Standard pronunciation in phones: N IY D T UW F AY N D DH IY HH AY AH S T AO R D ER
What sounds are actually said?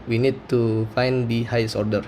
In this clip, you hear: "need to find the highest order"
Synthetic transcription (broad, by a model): N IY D T UW F AY N D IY HH AY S AO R D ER